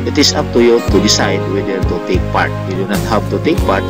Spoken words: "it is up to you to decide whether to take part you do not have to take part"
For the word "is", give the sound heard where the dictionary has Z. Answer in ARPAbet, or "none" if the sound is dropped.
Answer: S